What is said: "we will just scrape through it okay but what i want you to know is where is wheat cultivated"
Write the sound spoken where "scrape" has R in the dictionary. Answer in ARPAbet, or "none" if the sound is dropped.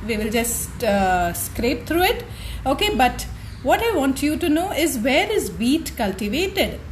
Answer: R